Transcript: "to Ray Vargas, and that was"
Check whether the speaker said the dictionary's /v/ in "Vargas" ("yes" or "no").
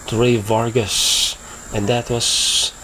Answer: yes